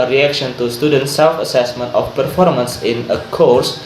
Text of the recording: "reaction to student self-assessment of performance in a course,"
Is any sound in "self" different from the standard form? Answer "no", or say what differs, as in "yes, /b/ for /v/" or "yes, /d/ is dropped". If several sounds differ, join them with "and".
no